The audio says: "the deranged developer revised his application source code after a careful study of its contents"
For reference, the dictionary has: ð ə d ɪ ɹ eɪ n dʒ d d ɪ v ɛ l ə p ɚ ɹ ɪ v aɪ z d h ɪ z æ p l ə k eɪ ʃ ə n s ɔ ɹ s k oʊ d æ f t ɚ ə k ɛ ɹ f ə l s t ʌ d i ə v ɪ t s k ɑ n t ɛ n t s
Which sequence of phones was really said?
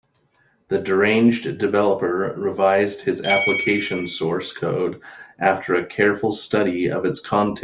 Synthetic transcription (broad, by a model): ð ə d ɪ ɹ eɪ n dʒ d d ɪ v ɛ l ə p ɚ ɹ ɪ v aɪ z d h ɪ z æ p l ə k eɪ ʃ ə n s ɔ ɹ s k oʊ d æ f t ɚ ə k ɛ ɹ f l s t ʌ d i ə v ɪ t s k ɑ n t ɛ